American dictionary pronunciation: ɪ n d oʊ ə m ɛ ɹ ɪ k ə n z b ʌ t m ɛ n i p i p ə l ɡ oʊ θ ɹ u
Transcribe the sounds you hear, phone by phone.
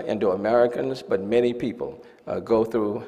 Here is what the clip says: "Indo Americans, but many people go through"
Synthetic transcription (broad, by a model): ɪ n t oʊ ə m ɛ ɹ ɪ k ə n z b ʌ t m ɛ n i p i p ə l ɡ oʊ θ ɹ u